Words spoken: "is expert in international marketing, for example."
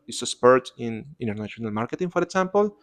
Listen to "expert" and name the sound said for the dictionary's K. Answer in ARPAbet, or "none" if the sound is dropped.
none